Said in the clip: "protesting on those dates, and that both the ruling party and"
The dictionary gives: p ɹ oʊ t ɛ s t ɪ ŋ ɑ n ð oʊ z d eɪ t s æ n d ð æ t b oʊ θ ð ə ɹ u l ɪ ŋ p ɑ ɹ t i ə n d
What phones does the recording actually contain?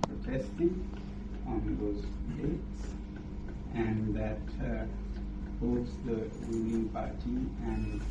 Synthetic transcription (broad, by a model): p ɹ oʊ t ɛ s t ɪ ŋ ɑ n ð oʊ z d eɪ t s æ n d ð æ t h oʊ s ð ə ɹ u n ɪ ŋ p ɑ ɹ t i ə n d